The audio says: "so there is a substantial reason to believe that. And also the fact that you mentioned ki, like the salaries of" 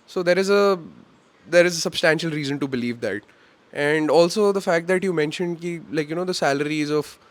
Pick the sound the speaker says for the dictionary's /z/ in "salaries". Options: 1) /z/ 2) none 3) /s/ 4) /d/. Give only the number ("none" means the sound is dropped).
1